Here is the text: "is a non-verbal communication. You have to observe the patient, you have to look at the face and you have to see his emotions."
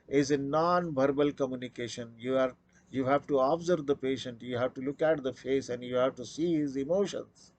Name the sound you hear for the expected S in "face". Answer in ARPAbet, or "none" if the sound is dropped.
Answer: S